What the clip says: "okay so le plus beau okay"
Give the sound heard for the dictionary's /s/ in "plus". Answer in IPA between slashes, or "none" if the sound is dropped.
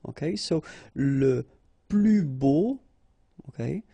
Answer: none